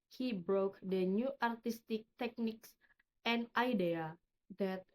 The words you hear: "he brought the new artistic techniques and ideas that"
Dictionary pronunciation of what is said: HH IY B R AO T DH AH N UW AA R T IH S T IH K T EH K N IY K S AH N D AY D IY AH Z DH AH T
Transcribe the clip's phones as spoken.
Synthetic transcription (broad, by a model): HH IY B R AO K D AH N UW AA R T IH S T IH K T EH K N IY K S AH N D AY D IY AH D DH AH T